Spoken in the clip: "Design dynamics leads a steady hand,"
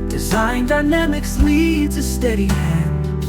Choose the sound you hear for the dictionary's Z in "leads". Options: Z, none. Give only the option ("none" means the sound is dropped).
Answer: Z